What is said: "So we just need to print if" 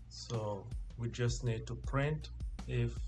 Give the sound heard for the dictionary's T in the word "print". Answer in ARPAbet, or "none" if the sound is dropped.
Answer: T